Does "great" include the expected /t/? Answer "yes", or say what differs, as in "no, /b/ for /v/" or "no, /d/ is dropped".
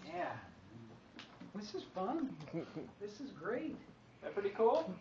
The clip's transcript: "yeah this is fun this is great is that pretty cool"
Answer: no, /t/ is dropped